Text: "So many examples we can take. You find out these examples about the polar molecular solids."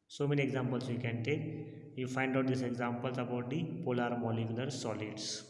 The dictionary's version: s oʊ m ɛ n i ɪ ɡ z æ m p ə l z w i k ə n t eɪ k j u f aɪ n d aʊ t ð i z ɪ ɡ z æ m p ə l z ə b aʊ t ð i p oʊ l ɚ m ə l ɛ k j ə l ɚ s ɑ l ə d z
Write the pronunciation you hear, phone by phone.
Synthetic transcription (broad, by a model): s oʊ m ɛ n i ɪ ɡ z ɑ m p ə l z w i k ə n t eɪ k j u f aɪ n d aʊ t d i s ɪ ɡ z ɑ m p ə l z ə b aʊ t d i p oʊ l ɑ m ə l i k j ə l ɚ s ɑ l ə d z